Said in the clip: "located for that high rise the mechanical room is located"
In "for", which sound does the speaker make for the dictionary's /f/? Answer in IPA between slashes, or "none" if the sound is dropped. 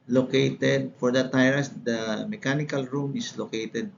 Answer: /f/